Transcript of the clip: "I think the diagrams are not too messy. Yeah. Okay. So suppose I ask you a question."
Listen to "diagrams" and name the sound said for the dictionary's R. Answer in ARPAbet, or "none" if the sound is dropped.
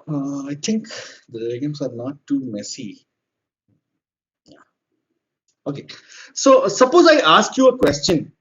none